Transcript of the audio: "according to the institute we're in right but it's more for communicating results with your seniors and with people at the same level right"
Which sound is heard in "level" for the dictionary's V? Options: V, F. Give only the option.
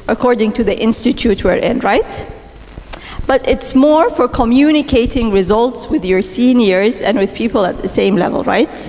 V